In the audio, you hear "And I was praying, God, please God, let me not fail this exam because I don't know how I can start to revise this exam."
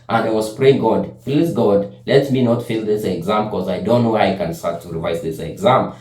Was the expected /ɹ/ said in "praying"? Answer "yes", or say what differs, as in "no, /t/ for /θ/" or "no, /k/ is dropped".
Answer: yes